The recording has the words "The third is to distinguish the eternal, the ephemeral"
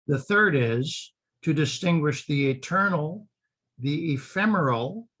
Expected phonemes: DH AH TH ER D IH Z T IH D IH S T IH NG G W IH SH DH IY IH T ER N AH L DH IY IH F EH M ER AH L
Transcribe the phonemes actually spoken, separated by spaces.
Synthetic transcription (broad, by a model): DH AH TH ER D IH Z T IH D IH S T IH NG G W IH SH DH IY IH T ER N L DH IY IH F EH M ER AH L